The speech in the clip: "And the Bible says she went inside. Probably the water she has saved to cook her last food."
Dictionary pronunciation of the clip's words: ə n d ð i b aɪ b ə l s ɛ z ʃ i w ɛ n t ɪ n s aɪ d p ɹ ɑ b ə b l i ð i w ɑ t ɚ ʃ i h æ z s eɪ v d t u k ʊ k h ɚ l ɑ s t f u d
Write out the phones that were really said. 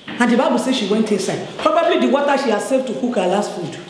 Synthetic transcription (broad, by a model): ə n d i b aɪ b ə l s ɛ ʃ i w ɛ n t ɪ s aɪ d p ɹ ɑ b ə b l i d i w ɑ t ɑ ʃ i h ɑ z s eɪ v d t u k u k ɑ l ɑ s t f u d